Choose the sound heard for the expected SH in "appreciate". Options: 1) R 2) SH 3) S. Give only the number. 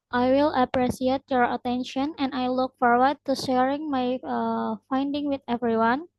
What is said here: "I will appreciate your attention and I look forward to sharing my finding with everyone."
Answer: 3